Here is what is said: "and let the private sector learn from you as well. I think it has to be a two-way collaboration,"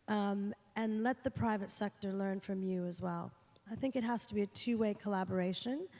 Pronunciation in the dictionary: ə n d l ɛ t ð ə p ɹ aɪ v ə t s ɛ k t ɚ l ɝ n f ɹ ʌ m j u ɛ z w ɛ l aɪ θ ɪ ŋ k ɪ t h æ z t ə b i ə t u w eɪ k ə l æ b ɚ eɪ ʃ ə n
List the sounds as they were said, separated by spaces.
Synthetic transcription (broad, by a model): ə n l ɛ t ð ə p ɹ aɪ v ə t s ɛ k t ɚ l ɝ n f ɹ ʌ m j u z w ɛ l aɪ θ ɪ ŋ k ɪ t h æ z t ə b i ə t u w eɪ k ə l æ b ɚ eɪ ʃ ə n